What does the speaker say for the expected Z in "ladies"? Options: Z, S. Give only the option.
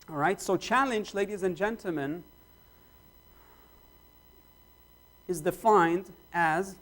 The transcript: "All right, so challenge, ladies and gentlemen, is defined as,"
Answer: Z